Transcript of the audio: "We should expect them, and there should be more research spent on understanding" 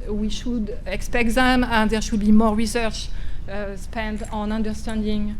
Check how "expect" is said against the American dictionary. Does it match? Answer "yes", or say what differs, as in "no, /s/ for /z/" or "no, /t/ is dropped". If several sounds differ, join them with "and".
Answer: yes